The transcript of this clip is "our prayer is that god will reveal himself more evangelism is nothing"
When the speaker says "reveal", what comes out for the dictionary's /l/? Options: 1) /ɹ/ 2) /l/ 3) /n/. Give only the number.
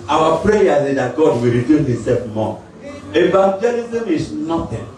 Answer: 3